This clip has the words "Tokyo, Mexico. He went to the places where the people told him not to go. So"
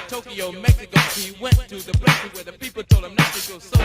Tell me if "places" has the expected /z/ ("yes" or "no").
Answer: no